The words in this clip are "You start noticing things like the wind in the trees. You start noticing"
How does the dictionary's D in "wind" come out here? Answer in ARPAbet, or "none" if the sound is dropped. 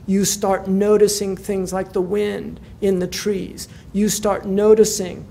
D